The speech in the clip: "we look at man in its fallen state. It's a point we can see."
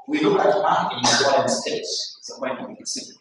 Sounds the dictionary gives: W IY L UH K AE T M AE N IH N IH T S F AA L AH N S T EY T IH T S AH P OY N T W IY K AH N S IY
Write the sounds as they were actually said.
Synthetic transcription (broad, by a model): W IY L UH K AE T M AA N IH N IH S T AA AH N S T EY T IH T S AH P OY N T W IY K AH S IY